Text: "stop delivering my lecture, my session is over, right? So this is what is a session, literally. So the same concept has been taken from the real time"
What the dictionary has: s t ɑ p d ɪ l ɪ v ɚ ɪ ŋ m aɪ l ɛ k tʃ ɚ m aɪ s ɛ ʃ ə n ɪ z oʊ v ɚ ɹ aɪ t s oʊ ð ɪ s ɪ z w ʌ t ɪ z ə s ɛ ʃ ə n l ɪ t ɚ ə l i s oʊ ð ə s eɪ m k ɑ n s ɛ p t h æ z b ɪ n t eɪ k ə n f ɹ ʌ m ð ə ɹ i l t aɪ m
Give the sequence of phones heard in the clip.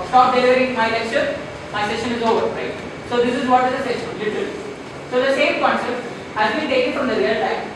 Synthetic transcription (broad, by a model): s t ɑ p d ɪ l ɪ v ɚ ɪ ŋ m aɪ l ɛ k ʃ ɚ m aɪ s ɛ ʃ ə n ɪ z oʊ v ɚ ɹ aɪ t s oʊ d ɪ s ɪ z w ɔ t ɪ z ə s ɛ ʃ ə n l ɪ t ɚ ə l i s oʊ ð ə s eɪ m k ɑ n s ɛ p t h æ z b ɪ n t eɪ k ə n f ɹ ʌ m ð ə ɹ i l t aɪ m